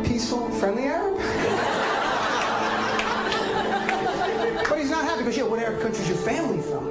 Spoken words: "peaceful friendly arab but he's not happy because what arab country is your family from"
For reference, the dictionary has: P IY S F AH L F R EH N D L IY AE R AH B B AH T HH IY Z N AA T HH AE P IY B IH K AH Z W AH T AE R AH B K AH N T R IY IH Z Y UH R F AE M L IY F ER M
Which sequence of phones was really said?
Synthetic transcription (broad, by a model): P IY S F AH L F R EH N D L IY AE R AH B B AH T HH IY Z N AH T HH AE P IY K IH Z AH W AH T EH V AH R K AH N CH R IY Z Y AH R F AE M L IY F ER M